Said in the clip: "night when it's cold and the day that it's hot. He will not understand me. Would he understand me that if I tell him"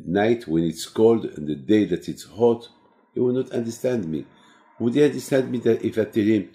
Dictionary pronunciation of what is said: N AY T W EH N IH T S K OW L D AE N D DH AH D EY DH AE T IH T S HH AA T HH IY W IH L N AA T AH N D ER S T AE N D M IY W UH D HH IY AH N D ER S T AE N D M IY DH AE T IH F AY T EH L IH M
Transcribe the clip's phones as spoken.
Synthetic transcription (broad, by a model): N AY T W EH N IH T S K OW L D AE N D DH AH D EY DH AE T IH T S HH AA T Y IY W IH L N AA T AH N D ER S T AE N D M IY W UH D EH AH N D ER S T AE N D M IY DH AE T IH F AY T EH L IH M